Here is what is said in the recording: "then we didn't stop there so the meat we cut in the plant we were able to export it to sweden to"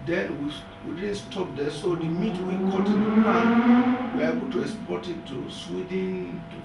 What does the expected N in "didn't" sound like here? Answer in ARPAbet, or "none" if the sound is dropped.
L